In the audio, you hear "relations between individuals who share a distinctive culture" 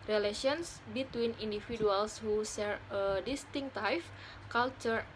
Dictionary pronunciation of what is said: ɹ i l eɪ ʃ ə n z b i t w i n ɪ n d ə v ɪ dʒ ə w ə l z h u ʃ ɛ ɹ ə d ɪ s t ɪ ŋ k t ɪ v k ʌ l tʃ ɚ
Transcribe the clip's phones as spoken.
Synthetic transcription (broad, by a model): ɹ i l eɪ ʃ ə n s b i t w i n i n d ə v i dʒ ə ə l s h u s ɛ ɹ ə d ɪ s t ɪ ŋ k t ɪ f k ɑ l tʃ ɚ